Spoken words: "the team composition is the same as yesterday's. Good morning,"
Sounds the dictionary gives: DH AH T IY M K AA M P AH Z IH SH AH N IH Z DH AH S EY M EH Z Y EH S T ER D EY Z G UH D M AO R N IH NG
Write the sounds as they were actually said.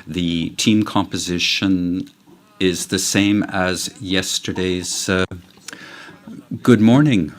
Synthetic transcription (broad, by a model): DH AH T IY M K AA M P AH Z IH SH AH N IH Z DH AH S EY M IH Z Y EH S T ER D EY Z G UH D M AO R N IH NG